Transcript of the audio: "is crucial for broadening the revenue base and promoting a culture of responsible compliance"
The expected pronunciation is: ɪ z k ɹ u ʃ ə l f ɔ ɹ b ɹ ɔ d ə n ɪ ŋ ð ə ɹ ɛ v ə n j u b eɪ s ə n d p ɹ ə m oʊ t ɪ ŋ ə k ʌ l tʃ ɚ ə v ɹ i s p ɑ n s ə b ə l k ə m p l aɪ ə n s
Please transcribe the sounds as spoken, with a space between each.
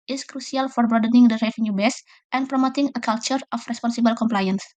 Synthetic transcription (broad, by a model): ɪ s k ɹ u s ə l f ɔ ɹ b ɹ ɔ d ə n ɪ ŋ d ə ɹ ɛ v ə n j u b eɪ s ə n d p ɹ ə m oʊ t ɪ ŋ ə k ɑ l tʃ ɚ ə f ɹ i s p ɑ n s ə b ə l k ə m p l aɪ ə n s